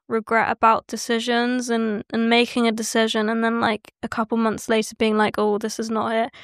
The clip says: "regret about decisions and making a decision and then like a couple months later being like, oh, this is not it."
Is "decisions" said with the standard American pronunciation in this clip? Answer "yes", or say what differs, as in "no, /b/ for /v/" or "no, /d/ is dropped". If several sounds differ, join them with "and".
yes